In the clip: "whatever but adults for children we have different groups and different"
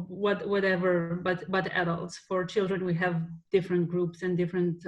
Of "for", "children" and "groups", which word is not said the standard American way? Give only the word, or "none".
none